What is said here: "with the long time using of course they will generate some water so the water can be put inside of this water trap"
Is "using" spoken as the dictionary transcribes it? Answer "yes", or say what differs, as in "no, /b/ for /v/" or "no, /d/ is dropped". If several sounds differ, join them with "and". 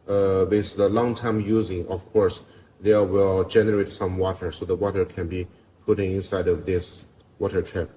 yes